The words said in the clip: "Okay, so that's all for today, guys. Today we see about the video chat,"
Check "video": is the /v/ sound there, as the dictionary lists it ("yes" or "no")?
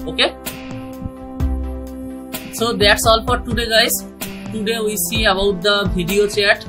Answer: no